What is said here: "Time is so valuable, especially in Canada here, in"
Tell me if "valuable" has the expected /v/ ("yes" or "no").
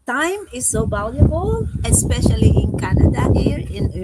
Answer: no